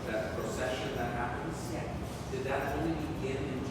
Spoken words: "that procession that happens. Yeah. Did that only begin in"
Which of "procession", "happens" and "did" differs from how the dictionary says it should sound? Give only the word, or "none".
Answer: happens